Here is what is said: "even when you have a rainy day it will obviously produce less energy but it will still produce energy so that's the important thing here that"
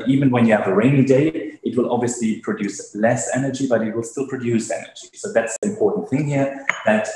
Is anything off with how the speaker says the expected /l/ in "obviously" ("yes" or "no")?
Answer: no